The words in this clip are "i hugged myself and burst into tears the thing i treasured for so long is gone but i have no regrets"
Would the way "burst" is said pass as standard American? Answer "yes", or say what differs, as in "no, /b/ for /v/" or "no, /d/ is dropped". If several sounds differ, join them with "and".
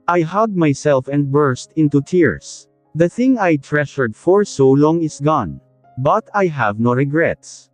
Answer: yes